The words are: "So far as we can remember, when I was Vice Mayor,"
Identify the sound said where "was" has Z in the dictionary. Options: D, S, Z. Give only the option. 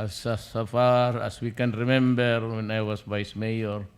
S